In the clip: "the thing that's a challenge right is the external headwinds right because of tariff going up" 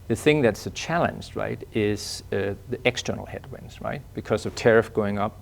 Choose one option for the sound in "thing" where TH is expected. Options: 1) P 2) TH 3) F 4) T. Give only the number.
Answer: 2